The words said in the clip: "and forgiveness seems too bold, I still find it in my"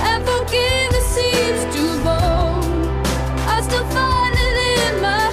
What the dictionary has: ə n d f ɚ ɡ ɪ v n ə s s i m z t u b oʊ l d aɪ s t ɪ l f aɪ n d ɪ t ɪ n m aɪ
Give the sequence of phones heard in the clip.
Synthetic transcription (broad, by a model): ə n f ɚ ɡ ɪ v ə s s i z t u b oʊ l aɪ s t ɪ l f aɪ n ɪ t ɪ n m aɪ